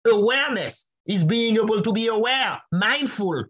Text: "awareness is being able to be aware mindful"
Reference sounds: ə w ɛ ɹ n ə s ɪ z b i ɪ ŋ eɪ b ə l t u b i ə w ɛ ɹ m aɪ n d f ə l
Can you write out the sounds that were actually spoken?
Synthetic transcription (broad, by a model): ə w ɛ ɹ n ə s ɪ z b i ɪ ŋ eɪ b ə l t u b i ə w ɛ ɹ m aɪ n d f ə l